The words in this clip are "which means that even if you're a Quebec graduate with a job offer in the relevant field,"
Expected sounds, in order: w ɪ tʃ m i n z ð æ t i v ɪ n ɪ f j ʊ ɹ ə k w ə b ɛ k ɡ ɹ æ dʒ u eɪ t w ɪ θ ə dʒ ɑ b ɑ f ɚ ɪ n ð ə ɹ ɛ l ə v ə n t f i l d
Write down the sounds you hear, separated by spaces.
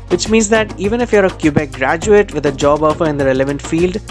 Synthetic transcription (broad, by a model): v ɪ tʃ m i n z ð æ t i v ɪ n ɪ f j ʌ ɹ ə k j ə b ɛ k ɡ ɹ æ dʒ u eɪ t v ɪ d ə dʒ ɑ b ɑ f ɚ ɪ n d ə ɹ ɛ l ə v ə n t f i l d